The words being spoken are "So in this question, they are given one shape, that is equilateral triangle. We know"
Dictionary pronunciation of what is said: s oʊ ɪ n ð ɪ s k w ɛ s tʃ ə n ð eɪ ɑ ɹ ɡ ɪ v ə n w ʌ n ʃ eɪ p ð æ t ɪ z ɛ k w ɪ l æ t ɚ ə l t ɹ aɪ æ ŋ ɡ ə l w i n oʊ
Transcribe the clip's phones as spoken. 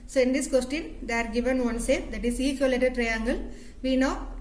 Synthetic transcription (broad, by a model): s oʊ ɪ n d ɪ s k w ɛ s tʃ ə n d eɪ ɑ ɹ ɡ ɪ v ə n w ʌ n s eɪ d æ t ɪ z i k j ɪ l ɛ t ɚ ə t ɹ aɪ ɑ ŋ ɡ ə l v i n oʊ